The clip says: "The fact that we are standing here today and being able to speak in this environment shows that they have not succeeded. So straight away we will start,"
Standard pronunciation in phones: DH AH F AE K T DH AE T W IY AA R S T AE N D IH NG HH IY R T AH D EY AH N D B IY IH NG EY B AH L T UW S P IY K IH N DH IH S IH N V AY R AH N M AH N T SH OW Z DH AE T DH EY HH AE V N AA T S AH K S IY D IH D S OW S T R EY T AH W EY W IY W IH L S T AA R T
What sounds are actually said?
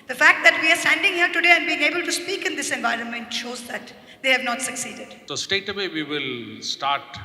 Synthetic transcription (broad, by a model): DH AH F AE K T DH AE T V IY AA R S T AE N D IH NG HH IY R T AH D EY AH N D B IY IH NG EY B AH L T UW S P IY K IH N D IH S IH N V AY R AH N M AH N T SH OW Z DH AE T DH EY HH AE V N AA T S AH K S IY D IH D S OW S T EY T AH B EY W IY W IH L S T AA R T